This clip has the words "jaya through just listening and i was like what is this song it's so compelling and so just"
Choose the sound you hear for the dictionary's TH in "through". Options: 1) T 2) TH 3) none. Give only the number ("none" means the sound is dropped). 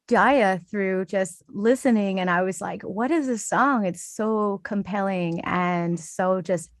2